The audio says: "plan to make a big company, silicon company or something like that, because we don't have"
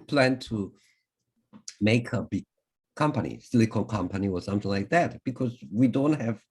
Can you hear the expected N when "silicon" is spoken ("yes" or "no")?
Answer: no